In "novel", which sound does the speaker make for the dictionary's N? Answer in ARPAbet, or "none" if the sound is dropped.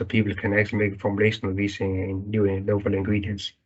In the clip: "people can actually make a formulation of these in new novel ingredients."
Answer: L